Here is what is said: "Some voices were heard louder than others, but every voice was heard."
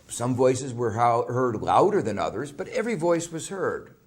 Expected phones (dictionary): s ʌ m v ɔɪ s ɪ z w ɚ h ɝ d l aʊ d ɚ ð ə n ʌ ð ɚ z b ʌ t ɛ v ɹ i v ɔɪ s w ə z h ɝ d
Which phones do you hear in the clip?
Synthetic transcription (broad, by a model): s ʌ m v ɔɪ s ɪ z w ɚ h ɝ d l aʊ d ɚ ð ə n ʌ ð ɚ z b ʌ t ɛ v ɹ i v ɔɪ s w ə z h ɝ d